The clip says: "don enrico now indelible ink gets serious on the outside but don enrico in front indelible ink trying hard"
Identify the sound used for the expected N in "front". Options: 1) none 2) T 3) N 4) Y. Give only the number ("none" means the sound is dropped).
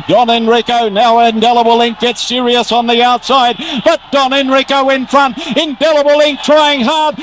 3